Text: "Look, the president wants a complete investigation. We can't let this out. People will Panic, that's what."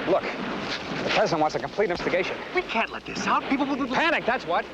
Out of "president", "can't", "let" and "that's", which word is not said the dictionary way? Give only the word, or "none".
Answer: none